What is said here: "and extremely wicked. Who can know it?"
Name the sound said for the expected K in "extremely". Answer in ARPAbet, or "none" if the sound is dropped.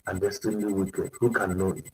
none